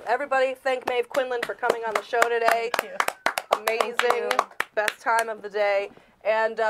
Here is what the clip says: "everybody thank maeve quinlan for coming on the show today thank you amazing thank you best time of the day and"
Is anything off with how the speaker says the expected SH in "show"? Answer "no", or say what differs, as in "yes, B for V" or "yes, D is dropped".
no